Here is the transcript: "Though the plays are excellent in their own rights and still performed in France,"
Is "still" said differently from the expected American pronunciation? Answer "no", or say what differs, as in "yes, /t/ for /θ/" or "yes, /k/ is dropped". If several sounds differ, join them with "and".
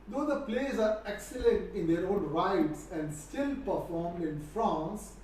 no